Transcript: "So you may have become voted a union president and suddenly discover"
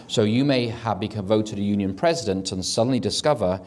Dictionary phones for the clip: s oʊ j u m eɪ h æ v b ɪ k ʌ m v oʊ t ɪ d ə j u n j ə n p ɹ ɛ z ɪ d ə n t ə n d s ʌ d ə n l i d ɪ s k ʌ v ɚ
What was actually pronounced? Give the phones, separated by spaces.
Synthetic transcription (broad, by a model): s oʊ j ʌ m eɪ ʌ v b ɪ k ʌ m v oʊ t ɪ d ə j u n j ə n p ɹ ɛ z ɪ d ə n t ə n s ʌ d n l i d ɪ s k ʌ v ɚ